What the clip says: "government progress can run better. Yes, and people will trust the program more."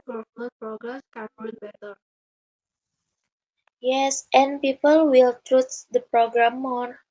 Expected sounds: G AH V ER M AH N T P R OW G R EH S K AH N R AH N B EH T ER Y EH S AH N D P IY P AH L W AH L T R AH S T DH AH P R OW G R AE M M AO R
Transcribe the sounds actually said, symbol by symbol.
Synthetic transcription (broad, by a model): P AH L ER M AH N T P R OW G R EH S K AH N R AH L B EH T ER Y EH S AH N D P IY P AH L W AH L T R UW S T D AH P R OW G R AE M M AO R